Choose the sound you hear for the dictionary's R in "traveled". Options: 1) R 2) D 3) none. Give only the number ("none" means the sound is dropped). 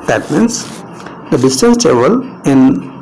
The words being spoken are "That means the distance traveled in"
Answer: 3